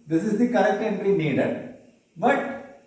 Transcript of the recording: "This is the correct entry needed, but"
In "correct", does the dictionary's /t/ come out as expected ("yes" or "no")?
yes